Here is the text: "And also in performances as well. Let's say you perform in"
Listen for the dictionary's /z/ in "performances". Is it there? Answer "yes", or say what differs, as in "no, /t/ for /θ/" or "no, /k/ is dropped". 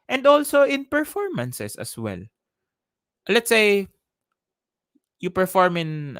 no, /s/ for /z/